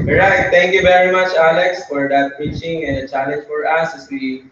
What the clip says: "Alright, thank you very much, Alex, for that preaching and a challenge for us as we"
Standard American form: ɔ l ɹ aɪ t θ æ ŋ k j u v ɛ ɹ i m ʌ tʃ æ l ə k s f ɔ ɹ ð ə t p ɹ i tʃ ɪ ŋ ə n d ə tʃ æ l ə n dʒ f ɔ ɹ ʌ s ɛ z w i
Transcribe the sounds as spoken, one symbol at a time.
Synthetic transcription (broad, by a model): ɹ aɪ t t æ ŋ k j u v ɛ ɹ i m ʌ tʃ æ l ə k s f ɔ ɹ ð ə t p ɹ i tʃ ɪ ŋ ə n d ə tʃ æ l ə n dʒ f ɔ ɹ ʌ s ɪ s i